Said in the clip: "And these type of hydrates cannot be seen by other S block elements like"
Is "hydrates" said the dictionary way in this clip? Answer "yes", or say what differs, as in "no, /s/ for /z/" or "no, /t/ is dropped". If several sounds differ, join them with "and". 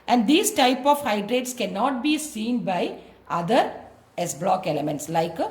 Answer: yes